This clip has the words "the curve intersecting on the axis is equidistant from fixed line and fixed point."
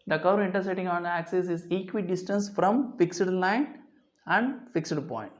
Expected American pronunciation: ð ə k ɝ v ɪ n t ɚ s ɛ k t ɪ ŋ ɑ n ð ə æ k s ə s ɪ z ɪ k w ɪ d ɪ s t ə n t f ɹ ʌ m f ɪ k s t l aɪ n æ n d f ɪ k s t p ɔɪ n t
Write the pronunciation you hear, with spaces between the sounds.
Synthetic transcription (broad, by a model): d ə k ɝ ɪ n t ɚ s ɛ t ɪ ŋ ɑ n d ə æ k s ə s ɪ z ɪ k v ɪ d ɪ s t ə n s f ɹ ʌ m f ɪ k s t l aɪ n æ n d f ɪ k s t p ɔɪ n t